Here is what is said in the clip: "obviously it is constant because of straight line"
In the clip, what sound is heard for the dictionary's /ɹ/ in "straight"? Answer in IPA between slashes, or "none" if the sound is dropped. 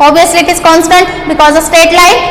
none